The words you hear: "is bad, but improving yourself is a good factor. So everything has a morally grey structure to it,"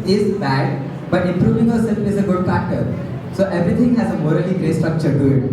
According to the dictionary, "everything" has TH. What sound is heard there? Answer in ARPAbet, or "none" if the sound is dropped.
T